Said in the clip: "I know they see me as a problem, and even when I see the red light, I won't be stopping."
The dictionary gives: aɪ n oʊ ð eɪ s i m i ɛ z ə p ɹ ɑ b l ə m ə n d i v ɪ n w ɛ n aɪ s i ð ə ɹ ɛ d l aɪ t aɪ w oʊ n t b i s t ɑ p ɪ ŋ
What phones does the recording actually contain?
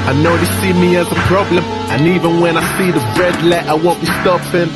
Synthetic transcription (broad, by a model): aɪ n oʊ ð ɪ s i m i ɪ z ə p ɹ ɑ b l ə m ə n i v ɪ n w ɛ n aɪ s i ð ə ɹ ɛ d l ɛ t aɪ w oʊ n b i s t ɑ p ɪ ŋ